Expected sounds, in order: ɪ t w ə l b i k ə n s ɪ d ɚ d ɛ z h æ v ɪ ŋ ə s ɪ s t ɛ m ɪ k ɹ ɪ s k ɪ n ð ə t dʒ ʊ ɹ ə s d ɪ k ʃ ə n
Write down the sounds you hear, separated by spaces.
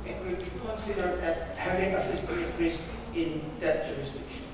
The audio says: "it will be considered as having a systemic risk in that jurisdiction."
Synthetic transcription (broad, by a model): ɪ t w ə l b i k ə n s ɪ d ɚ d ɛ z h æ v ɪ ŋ ə s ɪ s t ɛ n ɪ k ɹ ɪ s ɪ n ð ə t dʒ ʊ ɹ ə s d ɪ k ʃ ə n